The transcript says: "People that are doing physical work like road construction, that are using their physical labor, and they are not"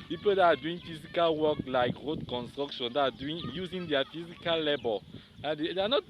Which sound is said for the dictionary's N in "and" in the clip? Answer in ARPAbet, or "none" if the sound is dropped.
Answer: L